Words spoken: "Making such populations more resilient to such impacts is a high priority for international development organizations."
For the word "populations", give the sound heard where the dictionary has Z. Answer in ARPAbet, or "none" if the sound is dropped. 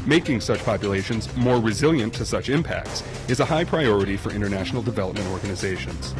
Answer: Z